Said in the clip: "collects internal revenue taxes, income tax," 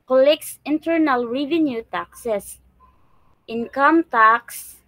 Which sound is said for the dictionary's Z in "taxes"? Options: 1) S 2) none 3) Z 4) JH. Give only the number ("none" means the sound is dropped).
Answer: 1